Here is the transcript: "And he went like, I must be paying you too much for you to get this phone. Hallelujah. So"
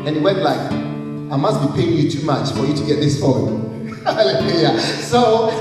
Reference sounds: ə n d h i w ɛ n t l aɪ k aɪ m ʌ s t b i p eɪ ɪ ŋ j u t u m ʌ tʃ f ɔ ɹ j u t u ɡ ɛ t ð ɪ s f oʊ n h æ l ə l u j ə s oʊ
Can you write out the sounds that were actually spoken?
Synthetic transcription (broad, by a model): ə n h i w ɛ n t l aɪ k aɪ m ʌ s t b i p eɪ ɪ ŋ j u t u m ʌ tʃ f ɔ ɹ j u t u ɡ ɛ t ð ɪ s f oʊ l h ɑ l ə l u j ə s oʊ